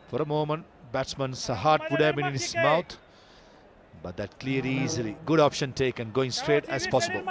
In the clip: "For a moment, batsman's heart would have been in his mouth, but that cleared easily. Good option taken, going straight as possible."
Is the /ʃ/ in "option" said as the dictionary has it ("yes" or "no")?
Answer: yes